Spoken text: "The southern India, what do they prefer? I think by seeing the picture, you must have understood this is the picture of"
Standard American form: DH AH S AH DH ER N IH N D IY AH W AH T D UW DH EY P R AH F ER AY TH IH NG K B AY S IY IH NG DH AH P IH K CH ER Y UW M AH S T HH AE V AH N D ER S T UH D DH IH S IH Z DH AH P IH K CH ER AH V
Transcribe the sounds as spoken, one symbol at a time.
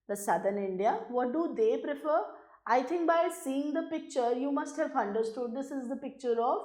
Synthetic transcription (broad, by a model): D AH S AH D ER N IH N D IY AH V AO T D UW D EY P R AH F ER AY T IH NG K B AY S IY IH NG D AH P IH K CH ER Y UW M AH S T HH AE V AH N D ER S T UH D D IH S IH Z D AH P IH K CH ER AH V